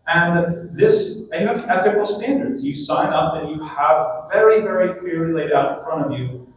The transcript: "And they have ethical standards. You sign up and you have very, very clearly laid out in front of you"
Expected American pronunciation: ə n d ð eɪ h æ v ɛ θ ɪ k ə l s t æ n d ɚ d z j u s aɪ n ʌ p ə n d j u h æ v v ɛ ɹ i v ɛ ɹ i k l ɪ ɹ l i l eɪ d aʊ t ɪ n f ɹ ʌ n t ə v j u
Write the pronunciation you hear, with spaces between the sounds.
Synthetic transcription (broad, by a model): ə n ð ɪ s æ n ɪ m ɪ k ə l s t æ n d ɚ d z j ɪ s aɪ n ʌ p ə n j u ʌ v v ɛ ɹ i v ɛ ɹ i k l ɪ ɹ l i l eɪ d aʊ t ɪ n f ɹ ʌ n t ə v j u